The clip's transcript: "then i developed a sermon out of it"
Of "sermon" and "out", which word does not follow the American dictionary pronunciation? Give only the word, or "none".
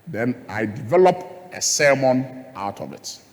none